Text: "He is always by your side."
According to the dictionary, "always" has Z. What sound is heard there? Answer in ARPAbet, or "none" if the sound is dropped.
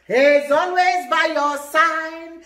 Z